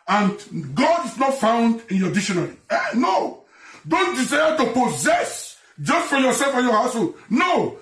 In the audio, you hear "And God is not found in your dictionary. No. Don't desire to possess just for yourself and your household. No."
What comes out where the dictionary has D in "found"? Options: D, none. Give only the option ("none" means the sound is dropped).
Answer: D